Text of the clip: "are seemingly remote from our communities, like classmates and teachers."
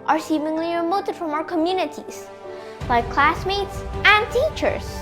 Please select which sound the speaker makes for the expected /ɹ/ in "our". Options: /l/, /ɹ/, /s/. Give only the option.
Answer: /ɹ/